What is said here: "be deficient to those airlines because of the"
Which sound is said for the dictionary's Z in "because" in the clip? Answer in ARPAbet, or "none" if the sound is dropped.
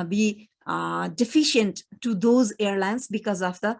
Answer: Z